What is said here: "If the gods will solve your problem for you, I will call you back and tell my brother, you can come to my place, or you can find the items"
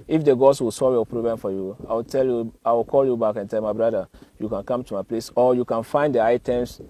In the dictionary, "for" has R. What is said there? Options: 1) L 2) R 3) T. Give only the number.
1